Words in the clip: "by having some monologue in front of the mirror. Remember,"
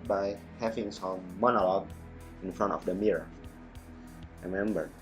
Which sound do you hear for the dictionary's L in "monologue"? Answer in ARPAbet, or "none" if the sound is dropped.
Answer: L